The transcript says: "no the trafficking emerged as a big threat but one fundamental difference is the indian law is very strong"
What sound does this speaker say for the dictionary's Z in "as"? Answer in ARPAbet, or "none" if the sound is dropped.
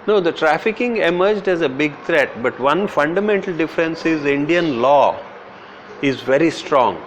Z